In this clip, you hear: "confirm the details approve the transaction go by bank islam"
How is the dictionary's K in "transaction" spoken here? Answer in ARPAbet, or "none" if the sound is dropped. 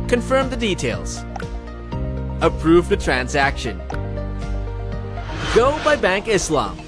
K